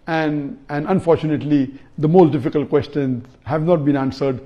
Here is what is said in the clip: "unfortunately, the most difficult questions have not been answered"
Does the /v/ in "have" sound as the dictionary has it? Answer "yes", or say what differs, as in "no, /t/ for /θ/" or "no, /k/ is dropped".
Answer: yes